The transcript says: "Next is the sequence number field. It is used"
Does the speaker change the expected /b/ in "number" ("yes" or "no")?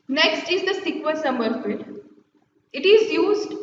yes